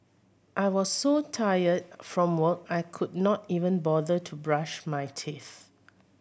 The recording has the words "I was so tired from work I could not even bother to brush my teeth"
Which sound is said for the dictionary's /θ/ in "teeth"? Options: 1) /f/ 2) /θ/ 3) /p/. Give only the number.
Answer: 2